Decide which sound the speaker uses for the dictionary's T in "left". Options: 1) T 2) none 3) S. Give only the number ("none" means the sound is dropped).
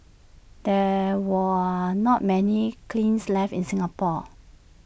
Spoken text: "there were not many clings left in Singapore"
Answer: 2